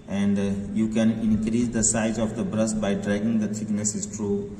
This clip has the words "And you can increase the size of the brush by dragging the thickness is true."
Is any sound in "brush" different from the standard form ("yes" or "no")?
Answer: yes